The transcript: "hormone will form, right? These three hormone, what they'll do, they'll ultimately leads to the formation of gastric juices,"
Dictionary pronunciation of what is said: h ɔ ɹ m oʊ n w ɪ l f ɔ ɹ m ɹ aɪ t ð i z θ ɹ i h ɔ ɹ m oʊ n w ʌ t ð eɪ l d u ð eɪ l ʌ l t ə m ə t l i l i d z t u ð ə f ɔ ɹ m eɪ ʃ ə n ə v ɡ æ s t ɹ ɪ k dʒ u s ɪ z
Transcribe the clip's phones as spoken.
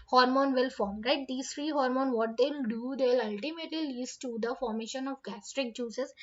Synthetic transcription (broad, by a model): h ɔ ɹ m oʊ n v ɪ l f ɔ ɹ m ɹ aɪ t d i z t ɹ i h ɔ ɹ m oʊ n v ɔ t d eɪ l d u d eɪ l ʌ l t ə m ə t l i l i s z t u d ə f ɔ ɹ m eɪ ʃ ə n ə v ɡ æ s t ɹ ɪ k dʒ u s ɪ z